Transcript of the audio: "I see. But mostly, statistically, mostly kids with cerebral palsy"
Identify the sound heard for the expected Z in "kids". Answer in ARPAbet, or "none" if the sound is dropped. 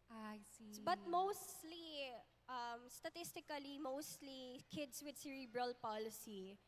S